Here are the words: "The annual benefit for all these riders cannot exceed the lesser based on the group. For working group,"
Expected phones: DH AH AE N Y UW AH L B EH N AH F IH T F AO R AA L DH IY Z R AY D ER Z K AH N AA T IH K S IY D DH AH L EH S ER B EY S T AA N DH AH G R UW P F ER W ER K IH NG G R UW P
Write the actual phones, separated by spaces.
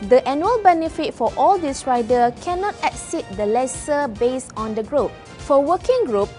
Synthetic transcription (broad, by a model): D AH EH N Y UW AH L B EH N AH F IH T F AO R AA L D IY S R AY D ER K AH N AA T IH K S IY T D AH L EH S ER B EY S AA N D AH G R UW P F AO W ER K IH NG G R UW P